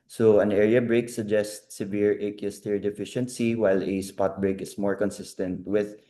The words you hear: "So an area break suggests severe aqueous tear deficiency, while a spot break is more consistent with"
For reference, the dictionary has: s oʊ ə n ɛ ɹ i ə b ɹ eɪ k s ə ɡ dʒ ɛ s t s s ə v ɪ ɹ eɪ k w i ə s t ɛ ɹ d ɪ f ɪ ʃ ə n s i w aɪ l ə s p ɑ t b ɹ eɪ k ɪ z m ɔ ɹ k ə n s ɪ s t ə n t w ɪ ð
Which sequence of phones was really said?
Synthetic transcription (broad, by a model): s oʊ ə n ɛ ɹ i ə b ɹ eɪ k s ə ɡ dʒ ɛ s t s s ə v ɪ ɹ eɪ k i s t ɛ ɹ d ɪ f ɪ ʃ ə n s i w aɪ l ə s p ɑ t b ɹ eɪ k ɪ s m ɔ ɹ k ə n s ɪ s t ə n t w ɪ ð